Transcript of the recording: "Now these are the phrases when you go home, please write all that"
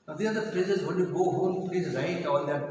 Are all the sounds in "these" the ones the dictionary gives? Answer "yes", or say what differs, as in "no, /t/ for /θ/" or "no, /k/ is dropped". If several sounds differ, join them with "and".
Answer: no, /z/ is dropped